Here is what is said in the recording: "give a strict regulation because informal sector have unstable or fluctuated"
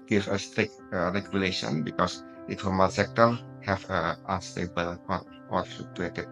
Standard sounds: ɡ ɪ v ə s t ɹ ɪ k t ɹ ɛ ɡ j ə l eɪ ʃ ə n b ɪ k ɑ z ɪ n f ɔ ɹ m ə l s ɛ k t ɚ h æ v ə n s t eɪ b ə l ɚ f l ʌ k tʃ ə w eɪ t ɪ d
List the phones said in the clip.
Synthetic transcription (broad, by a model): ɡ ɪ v ə s t ɹ ɪ k t ɹ ɛ ɡ j ə l eɪ ʃ ə n b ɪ k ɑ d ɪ f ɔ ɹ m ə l s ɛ k t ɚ h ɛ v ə n s t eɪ b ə l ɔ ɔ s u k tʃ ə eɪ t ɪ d